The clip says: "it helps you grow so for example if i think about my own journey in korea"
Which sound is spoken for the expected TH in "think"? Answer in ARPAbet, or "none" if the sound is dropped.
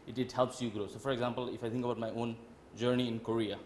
T